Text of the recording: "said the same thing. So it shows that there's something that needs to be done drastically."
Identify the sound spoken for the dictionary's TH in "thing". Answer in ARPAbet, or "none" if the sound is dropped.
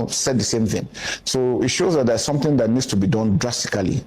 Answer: TH